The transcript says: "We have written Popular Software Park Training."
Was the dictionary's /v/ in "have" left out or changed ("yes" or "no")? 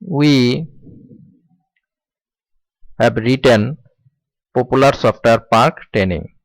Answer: yes